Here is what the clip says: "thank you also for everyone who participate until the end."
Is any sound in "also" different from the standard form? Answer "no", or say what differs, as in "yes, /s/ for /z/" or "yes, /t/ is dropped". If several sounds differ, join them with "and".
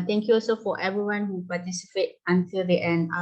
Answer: no